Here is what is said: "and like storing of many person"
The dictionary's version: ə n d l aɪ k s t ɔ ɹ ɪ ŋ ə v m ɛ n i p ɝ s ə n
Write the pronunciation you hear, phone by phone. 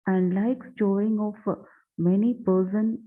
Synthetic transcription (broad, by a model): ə n d l aɪ k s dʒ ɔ ɪ ŋ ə f m ɛ n i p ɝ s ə n